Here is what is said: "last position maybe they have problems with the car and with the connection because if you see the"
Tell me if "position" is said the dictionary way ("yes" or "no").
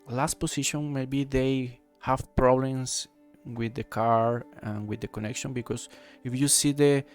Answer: no